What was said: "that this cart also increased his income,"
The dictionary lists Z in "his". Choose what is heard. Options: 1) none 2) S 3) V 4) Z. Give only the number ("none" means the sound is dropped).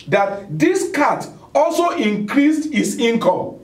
2